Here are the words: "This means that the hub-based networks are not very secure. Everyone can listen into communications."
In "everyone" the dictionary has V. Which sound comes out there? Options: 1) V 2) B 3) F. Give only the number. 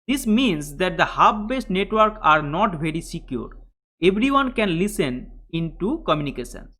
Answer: 2